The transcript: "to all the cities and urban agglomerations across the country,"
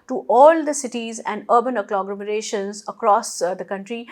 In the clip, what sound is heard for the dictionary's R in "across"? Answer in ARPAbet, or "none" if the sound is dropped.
R